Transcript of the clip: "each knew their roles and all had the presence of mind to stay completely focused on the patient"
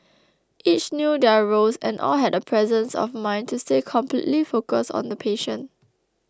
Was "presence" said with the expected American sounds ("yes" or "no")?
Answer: yes